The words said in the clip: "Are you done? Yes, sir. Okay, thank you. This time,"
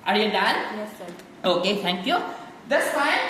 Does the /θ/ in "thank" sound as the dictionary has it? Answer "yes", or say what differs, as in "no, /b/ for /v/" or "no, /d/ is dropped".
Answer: no, /t/ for /θ/